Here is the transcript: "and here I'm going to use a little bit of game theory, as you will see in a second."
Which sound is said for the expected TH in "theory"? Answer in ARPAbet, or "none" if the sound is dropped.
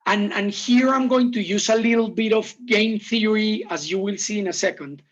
TH